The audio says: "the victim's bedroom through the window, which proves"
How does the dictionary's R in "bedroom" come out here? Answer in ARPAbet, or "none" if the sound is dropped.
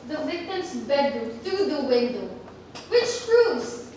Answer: none